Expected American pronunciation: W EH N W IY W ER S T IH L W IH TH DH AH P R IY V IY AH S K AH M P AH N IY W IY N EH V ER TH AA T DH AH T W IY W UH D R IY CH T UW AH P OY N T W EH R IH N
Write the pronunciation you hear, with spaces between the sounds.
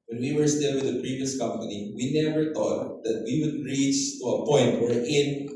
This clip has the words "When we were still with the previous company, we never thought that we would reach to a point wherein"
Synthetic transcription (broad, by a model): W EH N W IY W ER S T IH L W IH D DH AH P R IY V IY AH S K AH M P AH N IY W IY N EH V ER T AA T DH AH T W IY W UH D R IY CH T UW AH P OY N T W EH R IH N